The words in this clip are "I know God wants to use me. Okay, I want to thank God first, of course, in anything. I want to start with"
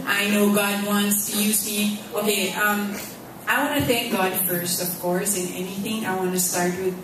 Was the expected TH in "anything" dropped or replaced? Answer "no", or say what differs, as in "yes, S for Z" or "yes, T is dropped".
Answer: no